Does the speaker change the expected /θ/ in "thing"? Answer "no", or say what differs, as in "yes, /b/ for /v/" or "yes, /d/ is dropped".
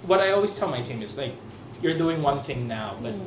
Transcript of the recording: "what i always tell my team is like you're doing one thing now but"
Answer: no